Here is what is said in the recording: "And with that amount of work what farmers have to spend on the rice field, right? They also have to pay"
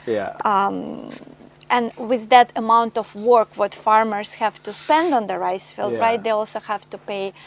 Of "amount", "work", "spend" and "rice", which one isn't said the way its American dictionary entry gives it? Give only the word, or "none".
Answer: none